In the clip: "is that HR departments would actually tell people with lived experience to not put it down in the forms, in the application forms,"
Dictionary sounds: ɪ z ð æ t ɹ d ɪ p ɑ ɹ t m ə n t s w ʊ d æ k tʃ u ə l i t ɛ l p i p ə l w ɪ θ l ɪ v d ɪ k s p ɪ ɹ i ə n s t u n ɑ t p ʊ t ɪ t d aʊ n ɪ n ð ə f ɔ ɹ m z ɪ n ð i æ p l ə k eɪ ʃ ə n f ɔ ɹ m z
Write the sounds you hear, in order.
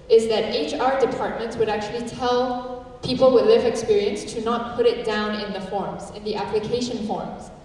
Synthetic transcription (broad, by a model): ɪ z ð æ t ɹ d ɪ p ɑ ɹ t m ə n t s w ʊ d æ k tʃ u ə l i t ɛ l p i p ə l w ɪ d l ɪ v ɪ k s p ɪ ɹ i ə n s t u n ɑ t p ʊ t ɪ t d aʊ n ɪ n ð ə f ɔ ɹ m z ɪ n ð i æ p l ə k eɪ ʃ ə n f ɔ ɹ m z